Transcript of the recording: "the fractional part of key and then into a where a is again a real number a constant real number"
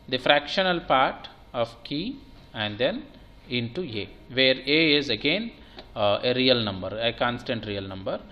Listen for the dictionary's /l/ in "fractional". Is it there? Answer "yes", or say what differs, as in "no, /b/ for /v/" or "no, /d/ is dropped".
yes